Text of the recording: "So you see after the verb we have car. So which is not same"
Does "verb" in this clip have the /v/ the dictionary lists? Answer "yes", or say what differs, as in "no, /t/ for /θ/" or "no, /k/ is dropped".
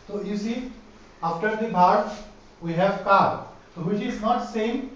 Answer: no, /b/ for /v/